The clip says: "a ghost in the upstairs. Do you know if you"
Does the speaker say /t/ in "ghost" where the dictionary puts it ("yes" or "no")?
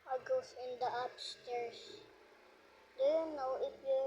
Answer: no